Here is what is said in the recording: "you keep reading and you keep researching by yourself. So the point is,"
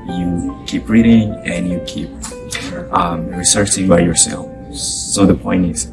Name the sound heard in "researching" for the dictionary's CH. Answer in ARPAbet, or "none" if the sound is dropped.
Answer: S